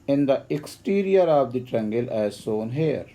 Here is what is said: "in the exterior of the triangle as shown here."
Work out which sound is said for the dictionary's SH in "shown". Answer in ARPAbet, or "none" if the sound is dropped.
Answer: S